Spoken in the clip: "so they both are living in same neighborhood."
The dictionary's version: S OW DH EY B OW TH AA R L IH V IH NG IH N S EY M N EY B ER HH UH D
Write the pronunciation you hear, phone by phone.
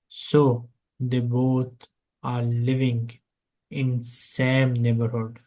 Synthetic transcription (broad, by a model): S OW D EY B OW T AA R L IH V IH NG IH N S EY M N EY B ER HH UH D